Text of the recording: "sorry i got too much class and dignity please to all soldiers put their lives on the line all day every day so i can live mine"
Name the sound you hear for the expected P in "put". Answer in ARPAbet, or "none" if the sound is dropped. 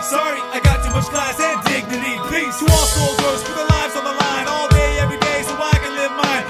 F